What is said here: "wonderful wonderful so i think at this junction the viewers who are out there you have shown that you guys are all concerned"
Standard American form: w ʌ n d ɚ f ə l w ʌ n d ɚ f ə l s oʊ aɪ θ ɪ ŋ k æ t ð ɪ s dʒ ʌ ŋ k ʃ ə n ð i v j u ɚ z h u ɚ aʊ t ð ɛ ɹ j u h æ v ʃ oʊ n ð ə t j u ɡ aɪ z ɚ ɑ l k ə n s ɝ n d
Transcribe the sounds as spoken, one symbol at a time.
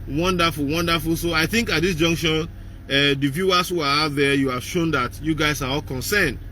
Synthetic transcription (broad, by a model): w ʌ n d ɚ f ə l w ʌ n d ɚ f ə l s oʊ aɪ θ ɪ ŋ k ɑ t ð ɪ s dʒ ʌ ŋ k ʃ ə n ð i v j u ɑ s h u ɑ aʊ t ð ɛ j u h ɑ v ʃ oʊ n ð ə t j u ɡ aɪ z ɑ ɑ l k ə n s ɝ n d